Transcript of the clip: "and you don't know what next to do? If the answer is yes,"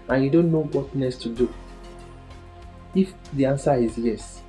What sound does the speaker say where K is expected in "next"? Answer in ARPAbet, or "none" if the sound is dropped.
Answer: none